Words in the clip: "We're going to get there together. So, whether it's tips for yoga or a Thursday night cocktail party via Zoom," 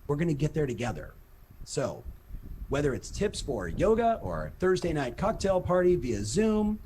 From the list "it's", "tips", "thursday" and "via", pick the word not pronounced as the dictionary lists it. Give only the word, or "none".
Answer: none